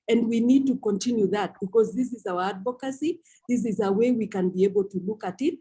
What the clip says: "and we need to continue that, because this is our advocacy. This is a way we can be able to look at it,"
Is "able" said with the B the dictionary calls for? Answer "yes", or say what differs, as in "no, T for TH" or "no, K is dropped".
yes